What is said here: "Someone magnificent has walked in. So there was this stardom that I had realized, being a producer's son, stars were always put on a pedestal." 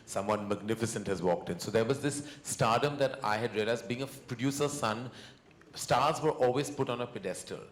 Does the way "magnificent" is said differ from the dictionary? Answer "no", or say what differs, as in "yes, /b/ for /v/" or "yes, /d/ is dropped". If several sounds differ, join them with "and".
no